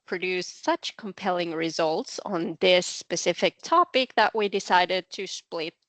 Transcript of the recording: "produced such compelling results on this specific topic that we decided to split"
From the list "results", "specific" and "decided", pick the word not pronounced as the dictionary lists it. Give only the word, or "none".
none